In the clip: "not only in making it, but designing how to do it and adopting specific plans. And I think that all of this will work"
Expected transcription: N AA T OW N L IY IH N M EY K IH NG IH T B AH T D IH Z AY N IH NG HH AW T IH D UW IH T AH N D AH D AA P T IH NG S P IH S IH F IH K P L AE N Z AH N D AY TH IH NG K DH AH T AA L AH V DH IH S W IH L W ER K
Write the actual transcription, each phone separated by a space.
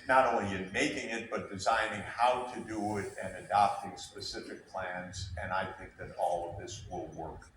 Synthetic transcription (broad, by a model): N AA T OW N L IY IH N M EY K IH NG IH T B AH T D IH Z AY N IH NG HH AW T IH D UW IH T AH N AH D AA P T IH NG S P IH S IH F IH K P L AE N Z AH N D AY TH IH NG K DH AH T AA L AH V DH IH S W IH L W ER K